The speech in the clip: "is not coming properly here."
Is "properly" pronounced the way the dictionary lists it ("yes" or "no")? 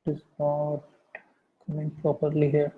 yes